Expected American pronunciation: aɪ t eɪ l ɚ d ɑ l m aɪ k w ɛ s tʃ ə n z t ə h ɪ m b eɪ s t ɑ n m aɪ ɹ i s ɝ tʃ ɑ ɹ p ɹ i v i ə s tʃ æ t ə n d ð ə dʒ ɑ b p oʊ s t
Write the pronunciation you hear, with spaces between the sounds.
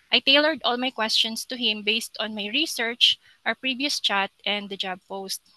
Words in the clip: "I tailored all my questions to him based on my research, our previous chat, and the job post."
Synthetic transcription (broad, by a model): aɪ t eɪ l ɚ d ɑ l m aɪ k w ɛ s tʃ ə n s t ə h ɪ m b eɪ s t ɑ n m aɪ ɹ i s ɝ tʃ ɑ ɹ p ɹ i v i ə s tʃ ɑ t ə n d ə dʒ ɑ b p oʊ s t